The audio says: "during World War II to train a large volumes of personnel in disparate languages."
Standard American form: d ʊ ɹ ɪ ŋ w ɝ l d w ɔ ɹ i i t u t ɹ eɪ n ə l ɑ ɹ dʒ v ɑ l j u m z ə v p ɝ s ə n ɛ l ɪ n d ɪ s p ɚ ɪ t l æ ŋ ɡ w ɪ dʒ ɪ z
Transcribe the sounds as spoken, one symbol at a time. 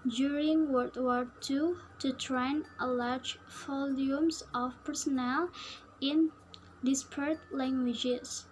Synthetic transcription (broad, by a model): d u ɹ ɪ ŋ w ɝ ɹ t w ɔ ɹ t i t u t ɹ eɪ n ə l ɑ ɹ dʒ f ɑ l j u m s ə f p ɝ s ə n ɛ l ɪ n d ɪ s p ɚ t l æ ŋ ɡ w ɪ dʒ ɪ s